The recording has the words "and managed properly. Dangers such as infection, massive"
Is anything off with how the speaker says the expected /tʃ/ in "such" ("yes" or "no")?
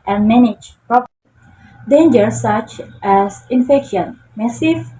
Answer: no